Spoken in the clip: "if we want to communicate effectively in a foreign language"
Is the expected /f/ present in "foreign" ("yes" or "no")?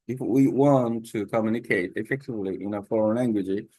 yes